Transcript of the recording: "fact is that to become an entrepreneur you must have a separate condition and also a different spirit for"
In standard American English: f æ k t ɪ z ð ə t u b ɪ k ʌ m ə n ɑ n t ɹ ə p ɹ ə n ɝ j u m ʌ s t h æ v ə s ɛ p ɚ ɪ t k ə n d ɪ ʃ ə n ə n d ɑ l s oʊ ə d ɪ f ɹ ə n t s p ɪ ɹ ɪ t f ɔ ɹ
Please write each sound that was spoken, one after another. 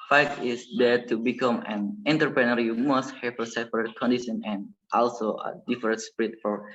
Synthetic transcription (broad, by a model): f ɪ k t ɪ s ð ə t u b ɪ k ʌ m ə n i n t ɹ p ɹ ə n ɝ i m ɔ s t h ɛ f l s ɛ p ɚ ɪ t k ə n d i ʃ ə n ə n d ɑ l s oʊ ə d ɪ f ɹ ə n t s p ɹ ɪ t f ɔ ɹ